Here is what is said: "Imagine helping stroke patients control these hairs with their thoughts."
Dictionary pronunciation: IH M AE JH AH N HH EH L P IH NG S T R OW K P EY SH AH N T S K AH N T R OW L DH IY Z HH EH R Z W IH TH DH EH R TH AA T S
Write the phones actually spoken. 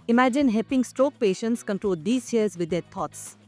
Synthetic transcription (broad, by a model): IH M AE JH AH N HH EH P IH NG S T R OW K P EY SH AH N T S K AH N T R OW L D IY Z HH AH R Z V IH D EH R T AA T S